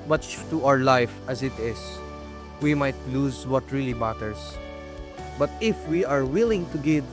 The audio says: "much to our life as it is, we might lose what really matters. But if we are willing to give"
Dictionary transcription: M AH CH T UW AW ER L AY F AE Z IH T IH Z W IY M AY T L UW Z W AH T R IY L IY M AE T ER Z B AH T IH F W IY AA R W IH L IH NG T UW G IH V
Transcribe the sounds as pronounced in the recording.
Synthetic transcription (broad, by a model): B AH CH T UW AW ER L AY F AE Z IH T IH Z W IY M AY T L UW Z W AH T R IY L IY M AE T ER S B AH T IH F W IY AA R W IH L IH NG T UW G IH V